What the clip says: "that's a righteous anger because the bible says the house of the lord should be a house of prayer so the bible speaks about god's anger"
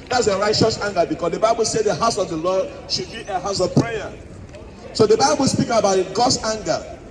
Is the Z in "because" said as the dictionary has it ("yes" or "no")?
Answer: no